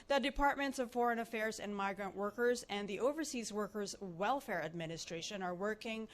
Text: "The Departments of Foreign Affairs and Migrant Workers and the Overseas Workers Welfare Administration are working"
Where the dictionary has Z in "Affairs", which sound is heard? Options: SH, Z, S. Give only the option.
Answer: Z